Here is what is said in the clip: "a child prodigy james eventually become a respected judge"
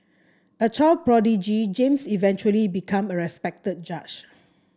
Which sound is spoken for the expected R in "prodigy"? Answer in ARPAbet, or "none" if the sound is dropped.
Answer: R